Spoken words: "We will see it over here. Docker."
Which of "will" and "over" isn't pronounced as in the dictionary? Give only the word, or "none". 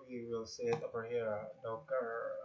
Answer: over